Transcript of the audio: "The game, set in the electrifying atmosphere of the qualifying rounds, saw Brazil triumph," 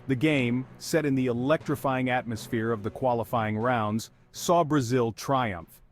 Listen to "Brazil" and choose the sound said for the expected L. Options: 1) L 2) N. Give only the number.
1